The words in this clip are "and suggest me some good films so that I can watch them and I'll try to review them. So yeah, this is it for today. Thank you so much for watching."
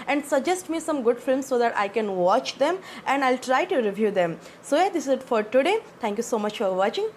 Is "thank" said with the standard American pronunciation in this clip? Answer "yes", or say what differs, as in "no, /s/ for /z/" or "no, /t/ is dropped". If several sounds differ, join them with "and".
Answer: no, /t/ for /θ/